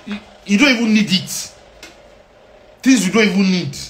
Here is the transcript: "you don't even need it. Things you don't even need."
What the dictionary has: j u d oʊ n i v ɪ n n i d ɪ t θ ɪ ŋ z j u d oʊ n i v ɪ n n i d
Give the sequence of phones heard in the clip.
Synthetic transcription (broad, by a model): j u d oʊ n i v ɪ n n i d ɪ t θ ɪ z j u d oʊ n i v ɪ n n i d